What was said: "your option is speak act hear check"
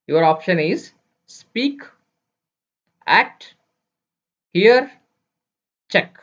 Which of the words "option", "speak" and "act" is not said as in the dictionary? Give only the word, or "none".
act